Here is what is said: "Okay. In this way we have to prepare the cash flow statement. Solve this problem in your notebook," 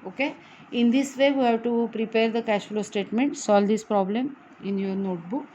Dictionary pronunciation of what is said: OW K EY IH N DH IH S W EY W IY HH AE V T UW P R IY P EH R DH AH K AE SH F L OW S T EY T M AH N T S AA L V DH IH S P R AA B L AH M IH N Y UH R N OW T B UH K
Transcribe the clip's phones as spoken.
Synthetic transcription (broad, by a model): OW K EY IH N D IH S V EY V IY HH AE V T UW P R IY P EH R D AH K AE SH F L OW S T EY T M AH N T S AA L V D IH S P R AA B L AH M IH N Y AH R N OW T B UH K